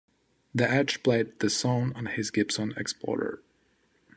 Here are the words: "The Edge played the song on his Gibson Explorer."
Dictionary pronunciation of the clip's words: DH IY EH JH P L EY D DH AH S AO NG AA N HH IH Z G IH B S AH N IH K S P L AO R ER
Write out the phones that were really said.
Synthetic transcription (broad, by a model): DH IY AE CH P L EY D DH AH S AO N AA N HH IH Z G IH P S N IH K S P L AO R ER